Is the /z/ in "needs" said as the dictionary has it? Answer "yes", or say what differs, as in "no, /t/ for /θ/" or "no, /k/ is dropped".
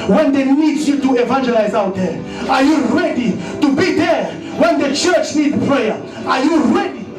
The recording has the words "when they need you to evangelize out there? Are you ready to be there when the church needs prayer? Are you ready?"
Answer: no, /z/ is dropped